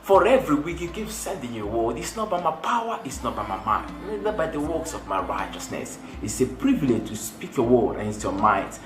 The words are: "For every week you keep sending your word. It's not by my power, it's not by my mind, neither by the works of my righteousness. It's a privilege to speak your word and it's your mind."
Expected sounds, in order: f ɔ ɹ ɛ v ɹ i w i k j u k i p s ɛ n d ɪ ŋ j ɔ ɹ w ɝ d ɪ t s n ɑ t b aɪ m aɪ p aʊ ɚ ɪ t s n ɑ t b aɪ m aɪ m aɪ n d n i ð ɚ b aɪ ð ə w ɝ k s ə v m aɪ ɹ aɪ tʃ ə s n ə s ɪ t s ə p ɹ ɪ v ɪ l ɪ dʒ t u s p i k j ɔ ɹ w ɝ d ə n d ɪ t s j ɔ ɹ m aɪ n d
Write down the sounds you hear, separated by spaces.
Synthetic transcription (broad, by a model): f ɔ ɹ ɛ v ɹ i w i k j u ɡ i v s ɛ n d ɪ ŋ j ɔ w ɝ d ɪ t s n ɑ t b aɪ m aɪ p aʊ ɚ ɪ t s n ɑ t b aɪ m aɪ m aɪ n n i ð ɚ b aɪ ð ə w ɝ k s ə v m aɪ ɹ aɪ tʃ ə s n ə s ɪ t s ə p ɹ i v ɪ l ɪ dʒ t u s p i k j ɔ w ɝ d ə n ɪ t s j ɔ m aɪ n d